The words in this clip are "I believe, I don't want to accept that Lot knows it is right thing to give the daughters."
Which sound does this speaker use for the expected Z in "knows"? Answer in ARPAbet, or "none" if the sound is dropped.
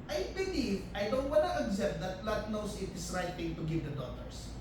S